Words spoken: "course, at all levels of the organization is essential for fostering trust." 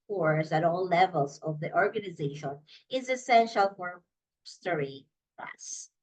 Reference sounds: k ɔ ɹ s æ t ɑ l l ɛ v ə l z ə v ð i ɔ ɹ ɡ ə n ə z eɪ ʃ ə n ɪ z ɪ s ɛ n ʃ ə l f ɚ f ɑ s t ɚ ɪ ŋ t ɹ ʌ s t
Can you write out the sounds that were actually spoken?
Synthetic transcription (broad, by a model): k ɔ ɹ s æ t ɑ l l ɛ v ə l z ə v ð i ɔ ɹ ɡ ə n ə z eɪ ʃ ə n ɪ z ɪ s ɛ n ʃ ə l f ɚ s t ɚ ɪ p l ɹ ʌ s